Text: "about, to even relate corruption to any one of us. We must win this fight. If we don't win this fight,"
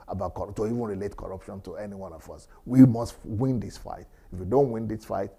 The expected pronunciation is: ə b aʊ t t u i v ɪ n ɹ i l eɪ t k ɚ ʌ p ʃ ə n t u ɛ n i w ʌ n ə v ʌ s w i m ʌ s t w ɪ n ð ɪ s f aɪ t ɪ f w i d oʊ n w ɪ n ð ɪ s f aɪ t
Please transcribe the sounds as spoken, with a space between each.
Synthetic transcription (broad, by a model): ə b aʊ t t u i v ɪ n ɹ i l eɪ t k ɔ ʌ p ʃ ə n t u ɛ n i w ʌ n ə f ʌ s w i m ʌ s t w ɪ n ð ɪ s f aɪ t ɪ f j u d oʊ n w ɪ n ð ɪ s f aɪ t